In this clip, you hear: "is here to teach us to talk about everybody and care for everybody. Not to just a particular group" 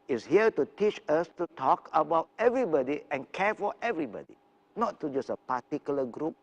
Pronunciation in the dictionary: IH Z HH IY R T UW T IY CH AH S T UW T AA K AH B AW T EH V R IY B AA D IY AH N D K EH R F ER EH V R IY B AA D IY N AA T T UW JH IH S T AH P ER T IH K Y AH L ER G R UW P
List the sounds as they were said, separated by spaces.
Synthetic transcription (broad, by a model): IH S HH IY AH T UW T IY CH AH S T UW T AA K AH B AW T EH V R IY B AA D IY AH N K EH F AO EH V R IY B AA D IY N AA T T UW JH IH S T AH P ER T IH K Y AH L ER G R UW P